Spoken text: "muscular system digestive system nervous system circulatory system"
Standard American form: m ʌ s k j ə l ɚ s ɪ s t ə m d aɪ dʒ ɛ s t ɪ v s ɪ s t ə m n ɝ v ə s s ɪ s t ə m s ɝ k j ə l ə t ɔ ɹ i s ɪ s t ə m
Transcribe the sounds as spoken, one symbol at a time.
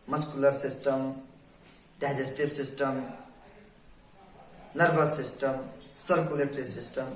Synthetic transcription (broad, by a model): m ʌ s k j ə l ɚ s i s t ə m d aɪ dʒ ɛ s t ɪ b s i s t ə m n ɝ b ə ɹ s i s t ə m s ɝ k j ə l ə t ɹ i s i s t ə m